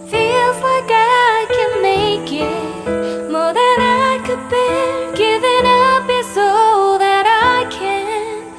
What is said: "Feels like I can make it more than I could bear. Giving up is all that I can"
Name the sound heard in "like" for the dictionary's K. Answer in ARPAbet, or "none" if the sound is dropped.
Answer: none